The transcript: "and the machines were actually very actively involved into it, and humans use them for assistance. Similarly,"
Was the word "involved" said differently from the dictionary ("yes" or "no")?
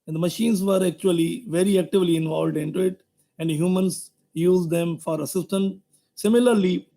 no